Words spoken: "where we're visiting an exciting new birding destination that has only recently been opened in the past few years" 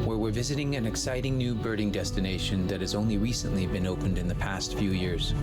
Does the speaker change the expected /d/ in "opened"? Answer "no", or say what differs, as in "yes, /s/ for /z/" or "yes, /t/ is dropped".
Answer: no